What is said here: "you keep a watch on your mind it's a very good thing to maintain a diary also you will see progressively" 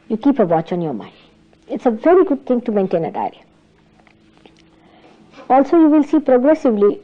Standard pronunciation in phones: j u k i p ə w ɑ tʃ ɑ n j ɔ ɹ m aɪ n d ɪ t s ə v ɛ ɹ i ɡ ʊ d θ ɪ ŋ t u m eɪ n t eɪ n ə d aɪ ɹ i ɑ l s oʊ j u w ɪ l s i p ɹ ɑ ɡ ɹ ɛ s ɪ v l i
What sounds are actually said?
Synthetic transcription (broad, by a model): j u k i p ə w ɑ tʃ ɑ n j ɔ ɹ m aɪ n d ɪ t s ə v ɛ ɹ i ɡ ʊ d t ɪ ŋ t u m eɪ n t eɪ n ə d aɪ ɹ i ɑ l s oʊ j u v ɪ l s i p ɹ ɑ ɡ ɹ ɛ s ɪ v l i